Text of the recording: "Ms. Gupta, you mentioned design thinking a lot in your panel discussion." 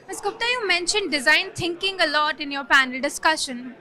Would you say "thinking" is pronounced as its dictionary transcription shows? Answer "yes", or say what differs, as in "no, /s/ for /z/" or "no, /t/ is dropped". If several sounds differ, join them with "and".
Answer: no, /t/ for /θ/